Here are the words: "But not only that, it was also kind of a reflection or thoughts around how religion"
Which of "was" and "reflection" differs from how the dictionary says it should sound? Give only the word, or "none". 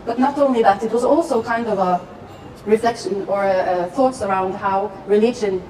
none